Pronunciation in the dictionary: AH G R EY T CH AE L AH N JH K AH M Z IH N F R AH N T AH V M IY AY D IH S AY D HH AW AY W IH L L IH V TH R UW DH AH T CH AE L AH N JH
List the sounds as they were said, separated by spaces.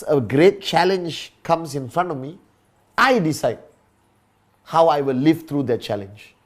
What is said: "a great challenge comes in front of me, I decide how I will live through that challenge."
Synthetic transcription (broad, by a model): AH G R EY T CH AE L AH N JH K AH M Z IH N F R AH N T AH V M IY AY D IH S AY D HH AW AY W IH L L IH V T R UW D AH T CH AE L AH N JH